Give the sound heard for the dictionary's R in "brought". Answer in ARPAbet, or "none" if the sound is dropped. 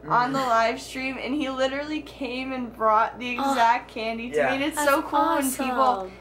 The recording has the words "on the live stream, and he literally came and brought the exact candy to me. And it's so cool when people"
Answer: R